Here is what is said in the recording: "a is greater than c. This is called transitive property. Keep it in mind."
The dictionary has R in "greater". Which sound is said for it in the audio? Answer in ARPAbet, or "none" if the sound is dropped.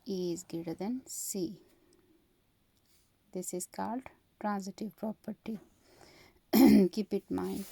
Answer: none